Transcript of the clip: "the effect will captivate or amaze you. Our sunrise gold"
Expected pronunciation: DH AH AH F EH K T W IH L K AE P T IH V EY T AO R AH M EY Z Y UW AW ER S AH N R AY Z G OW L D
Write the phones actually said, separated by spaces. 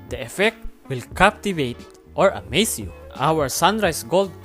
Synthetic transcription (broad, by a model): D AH AH F EH K T W IH L K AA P T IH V EY T AO R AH M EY S Y UW AW ER S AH N R AY S G OW L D